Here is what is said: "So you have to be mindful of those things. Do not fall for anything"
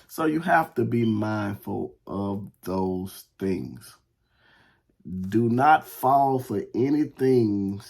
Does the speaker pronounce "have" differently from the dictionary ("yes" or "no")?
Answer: yes